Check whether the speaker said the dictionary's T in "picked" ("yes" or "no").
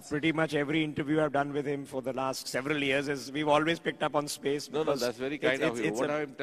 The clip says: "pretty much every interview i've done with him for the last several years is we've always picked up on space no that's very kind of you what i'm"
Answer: yes